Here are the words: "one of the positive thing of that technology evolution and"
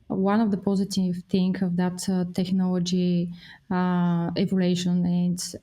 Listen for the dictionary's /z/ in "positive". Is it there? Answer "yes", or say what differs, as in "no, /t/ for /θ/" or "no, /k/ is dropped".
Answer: yes